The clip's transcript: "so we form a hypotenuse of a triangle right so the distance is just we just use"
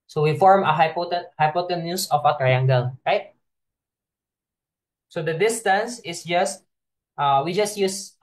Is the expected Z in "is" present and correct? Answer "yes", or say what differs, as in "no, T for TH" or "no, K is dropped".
no, S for Z